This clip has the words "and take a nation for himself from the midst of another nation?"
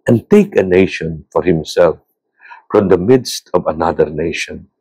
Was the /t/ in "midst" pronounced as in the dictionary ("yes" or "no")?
yes